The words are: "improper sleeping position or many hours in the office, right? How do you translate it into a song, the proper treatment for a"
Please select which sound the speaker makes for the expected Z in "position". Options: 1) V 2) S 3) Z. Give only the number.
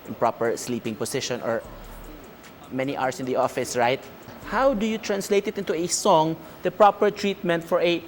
2